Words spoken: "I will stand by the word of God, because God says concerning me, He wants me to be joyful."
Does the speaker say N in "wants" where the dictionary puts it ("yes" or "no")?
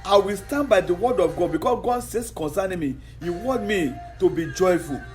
no